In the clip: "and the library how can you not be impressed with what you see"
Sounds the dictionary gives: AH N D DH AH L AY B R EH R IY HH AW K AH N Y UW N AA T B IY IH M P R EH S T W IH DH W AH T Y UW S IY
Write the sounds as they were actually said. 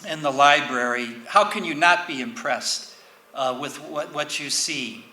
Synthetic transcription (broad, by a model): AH N DH AH L AY B R EH R IY HH AW K AH N Y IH N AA T B IY IH M P R EH S T W IH DH W AH T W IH S IY